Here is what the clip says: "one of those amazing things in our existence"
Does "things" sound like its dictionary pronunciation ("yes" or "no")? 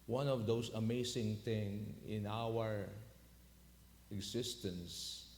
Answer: no